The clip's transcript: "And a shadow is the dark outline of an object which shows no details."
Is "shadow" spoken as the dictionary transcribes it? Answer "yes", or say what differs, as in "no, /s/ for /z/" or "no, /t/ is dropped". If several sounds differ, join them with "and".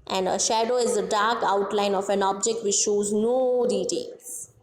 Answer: yes